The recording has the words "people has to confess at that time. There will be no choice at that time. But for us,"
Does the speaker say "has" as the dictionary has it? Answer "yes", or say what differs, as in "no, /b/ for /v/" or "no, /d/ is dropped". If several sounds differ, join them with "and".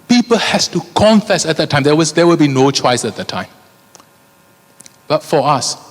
no, /s/ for /z/